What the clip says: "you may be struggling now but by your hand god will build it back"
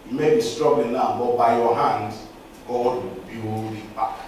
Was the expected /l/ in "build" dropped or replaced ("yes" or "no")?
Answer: yes